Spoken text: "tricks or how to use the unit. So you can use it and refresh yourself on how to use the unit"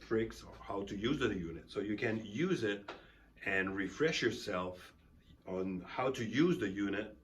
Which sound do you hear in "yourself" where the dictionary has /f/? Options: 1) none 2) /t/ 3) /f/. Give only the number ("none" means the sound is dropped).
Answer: 3